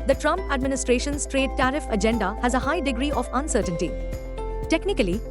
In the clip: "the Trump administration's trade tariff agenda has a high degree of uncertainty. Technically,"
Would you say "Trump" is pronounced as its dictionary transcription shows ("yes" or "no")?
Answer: yes